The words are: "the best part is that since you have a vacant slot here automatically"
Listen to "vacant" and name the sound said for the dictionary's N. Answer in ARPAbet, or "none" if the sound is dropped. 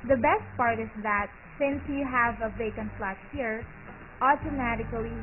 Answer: N